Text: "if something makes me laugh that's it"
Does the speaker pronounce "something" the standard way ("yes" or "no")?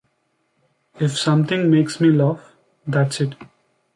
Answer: no